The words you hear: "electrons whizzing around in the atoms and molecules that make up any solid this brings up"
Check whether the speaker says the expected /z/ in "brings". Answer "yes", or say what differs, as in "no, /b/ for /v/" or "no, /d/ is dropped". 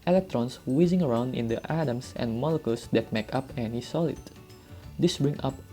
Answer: no, /z/ is dropped